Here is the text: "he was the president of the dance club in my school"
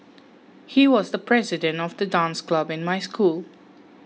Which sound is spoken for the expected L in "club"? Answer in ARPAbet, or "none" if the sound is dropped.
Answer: L